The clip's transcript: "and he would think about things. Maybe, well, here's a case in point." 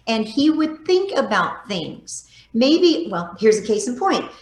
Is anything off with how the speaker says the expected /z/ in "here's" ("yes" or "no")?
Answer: no